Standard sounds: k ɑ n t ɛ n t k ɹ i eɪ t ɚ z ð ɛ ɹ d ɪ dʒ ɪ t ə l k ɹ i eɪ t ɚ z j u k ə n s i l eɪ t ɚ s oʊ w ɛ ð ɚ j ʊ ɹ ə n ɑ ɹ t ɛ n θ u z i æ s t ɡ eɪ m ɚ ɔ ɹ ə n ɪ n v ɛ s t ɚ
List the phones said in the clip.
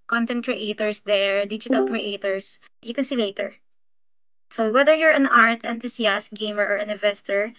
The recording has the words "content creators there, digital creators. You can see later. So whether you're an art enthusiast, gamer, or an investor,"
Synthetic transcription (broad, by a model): k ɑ n t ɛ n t k ɹ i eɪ t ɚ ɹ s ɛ ɹ d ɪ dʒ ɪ t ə l k ɹ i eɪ t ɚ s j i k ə n s i l eɪ t ɚ s oʊ w ɛ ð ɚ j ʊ ɹ ə n ɑ ɹ t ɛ n t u s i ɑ s t ɡ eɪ m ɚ ɔ ɹ ə n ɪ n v ɛ s t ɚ